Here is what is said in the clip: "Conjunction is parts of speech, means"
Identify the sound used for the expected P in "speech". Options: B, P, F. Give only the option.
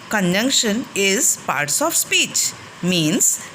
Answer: P